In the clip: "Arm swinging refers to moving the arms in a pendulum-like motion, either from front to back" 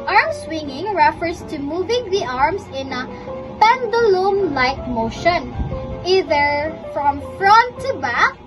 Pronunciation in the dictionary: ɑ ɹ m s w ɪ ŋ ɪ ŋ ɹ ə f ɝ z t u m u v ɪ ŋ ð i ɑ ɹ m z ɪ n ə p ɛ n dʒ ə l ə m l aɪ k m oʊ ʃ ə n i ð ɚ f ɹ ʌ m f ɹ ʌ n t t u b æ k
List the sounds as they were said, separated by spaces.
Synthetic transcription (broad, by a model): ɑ ɹ m s w ɪ ŋ ɪ ŋ ɹ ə f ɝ s t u m u v ɪ ŋ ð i ɑ ɹ m s ɪ n ə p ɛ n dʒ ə l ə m l aɪ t m oʊ ʃ ə n i ð ɚ f ɹ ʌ m f ɹ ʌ n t t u b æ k